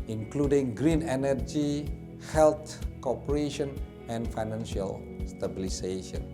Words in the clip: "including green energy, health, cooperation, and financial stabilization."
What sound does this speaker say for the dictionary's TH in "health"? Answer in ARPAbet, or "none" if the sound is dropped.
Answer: T